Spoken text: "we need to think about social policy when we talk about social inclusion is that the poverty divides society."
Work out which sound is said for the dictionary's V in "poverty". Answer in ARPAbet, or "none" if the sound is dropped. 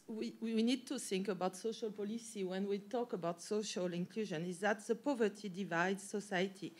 V